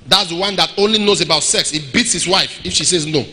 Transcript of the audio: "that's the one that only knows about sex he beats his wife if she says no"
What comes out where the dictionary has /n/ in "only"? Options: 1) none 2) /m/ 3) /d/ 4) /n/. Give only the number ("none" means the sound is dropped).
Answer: 4